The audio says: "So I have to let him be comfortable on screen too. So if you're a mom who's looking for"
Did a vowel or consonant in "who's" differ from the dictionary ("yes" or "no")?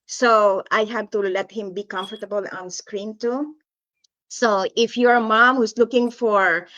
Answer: yes